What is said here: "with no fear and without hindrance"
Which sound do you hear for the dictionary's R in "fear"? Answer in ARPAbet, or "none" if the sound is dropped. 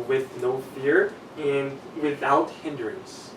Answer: R